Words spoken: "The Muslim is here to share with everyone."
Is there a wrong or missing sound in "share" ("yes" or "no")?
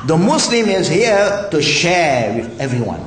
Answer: no